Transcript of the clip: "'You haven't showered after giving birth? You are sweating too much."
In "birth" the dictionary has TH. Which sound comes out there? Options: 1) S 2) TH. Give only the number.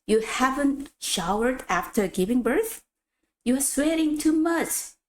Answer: 2